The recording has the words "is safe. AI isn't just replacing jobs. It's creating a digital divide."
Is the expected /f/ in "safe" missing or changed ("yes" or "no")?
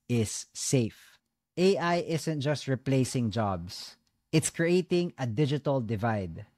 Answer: no